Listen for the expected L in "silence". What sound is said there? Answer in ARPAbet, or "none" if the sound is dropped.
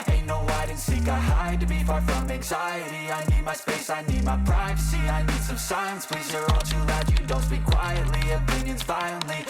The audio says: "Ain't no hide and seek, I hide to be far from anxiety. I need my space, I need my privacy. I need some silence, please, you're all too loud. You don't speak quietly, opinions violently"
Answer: none